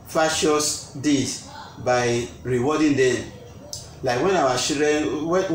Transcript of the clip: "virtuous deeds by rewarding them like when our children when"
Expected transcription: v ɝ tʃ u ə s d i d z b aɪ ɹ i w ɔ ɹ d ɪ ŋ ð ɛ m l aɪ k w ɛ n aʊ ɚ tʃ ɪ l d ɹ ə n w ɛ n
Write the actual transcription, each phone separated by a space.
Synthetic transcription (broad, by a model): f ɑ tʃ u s d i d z b aɪ ɹ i w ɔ d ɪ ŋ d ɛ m l aɪ k w ɛ n aʊ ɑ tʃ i d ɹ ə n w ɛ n